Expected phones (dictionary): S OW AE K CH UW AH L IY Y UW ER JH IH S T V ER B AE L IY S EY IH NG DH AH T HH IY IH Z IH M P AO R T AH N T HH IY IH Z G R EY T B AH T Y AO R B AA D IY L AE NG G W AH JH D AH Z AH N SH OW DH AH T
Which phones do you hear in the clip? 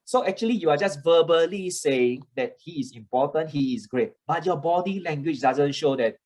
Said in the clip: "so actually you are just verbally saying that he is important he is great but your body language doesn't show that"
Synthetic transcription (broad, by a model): S OW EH K CH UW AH L IY Y UW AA JH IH S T V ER B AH L IY S EY IH NG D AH T HH IY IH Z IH M P AO T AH N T HH IY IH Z G R EY T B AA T Y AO B AA D IY L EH NG G W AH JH D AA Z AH N SH OW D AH T